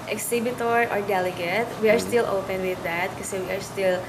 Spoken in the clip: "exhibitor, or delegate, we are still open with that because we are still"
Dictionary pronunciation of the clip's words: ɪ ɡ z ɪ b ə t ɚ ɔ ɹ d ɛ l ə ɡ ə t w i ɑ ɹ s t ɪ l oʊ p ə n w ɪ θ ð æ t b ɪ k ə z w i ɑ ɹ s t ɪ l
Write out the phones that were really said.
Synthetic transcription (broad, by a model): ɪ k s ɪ b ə t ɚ ɔ ɹ d ɛ l ə ɡ ə t w i ɑ ɹ s t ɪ l oʊ p ə n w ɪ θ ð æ t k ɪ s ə w i ɑ ɹ s t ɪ l